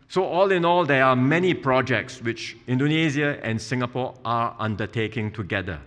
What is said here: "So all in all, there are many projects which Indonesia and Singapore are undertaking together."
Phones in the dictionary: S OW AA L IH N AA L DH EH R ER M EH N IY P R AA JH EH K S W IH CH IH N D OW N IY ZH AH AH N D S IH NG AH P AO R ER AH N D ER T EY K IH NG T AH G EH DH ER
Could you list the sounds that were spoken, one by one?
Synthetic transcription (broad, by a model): S OW AA L IH N AA L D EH R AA M EH N IY P R AA JH EH K S W IH CH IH N D OW N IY Z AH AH N S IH NG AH P AO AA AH N D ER T EY K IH NG T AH G EH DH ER